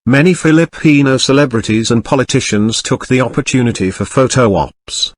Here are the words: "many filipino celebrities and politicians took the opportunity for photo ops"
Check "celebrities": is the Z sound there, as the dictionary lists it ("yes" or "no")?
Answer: yes